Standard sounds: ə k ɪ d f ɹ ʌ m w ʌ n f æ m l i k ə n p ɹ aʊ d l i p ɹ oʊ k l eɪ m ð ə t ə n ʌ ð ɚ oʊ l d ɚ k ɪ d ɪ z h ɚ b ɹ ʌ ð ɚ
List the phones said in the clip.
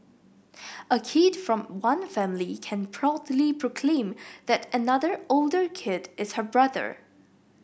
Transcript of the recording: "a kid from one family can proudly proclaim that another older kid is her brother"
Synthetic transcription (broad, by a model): ə k ɪ d f ɹ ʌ m w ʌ n f æ m l i k ə n p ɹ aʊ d l i p ɹ oʊ k l eɪ m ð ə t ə n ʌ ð ɚ oʊ l d ɚ k ɪ d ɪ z h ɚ b ɹ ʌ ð ɚ